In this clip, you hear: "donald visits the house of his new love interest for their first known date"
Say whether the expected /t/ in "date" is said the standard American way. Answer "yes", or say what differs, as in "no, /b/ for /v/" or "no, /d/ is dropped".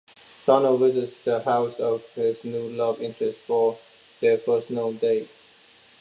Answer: no, /t/ is dropped